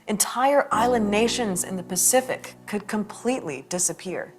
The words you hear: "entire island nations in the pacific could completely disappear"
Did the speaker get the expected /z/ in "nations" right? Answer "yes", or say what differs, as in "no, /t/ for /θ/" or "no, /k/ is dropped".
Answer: yes